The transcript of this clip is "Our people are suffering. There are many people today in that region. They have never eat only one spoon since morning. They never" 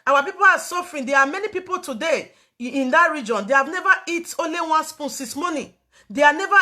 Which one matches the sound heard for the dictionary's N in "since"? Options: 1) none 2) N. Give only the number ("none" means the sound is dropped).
1